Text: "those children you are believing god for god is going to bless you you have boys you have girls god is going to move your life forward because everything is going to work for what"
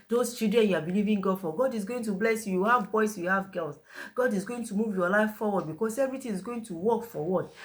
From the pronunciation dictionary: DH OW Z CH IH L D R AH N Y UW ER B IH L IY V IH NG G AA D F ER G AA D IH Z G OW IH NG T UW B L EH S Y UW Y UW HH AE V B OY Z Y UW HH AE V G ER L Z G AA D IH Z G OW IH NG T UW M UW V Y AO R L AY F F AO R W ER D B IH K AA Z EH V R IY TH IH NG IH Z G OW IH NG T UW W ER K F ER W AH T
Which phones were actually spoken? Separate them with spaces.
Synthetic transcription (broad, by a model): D OW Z CH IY L D R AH N Y UW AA B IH L IY V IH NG G AA D F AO G AA D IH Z G OW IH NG T UW B L EH S Y UW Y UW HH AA V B OY S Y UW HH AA V G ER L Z G AA D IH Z G OW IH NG T UW M UW V Y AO L AY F F AO W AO D B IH K AA S EH V R IY T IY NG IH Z G OW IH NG T UW W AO K F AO W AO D